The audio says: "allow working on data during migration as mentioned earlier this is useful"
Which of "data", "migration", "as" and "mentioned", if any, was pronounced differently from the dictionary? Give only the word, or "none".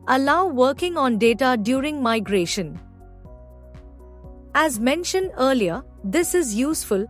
none